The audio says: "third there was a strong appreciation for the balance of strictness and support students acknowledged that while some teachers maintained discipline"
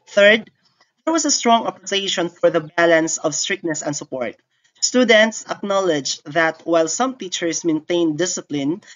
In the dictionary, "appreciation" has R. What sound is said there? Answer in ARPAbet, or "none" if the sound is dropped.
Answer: none